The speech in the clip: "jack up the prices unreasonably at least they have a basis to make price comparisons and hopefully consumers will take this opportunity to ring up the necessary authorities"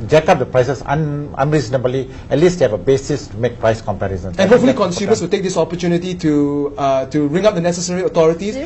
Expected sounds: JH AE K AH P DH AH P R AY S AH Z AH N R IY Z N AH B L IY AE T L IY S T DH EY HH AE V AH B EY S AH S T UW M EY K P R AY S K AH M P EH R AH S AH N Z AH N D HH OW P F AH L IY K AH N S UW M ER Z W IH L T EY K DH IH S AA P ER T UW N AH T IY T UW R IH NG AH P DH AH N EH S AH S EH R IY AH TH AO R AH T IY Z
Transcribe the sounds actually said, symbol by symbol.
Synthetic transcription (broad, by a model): JH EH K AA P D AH P R AY S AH S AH N R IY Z N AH B L IY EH T L IY S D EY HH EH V AH B EY S AH S T UW M EY K P R AY S K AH M P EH R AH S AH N AH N HH OW P F AH L IY K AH N S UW M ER S W IH L T EY K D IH S AA P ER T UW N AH T IY T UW R IH NG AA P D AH N EH S AH S EH R IY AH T AO R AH T IY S